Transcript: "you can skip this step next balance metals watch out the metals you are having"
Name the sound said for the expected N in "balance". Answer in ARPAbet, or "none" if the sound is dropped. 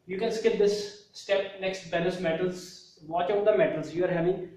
none